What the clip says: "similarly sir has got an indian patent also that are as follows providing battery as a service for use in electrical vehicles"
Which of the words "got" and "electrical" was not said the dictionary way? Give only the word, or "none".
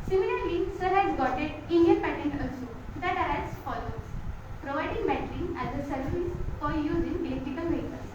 electrical